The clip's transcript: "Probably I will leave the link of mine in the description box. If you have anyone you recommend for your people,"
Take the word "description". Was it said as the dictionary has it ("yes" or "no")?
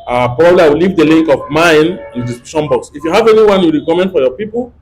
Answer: no